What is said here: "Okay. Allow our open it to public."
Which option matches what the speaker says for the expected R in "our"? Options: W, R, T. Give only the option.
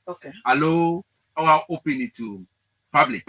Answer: W